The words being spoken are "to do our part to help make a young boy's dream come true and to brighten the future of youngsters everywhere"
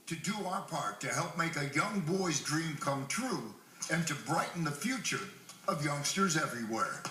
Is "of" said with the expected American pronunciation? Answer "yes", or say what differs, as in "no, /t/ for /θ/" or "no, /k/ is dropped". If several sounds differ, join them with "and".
yes